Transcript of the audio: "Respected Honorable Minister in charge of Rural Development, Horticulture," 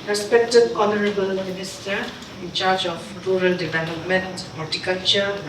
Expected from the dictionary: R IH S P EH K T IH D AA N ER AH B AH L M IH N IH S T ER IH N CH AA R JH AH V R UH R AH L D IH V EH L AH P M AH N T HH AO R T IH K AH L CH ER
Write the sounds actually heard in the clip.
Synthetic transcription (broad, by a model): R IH S P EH K T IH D AA N ER AH B AH L M IH N IH S T ER IH N CH AA R JH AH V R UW R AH L D IH V EH L AH P M AH N T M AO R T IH K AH L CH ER